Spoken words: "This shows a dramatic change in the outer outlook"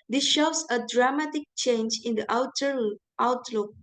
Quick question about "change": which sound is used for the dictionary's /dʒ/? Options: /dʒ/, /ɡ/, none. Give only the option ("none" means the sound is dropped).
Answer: /dʒ/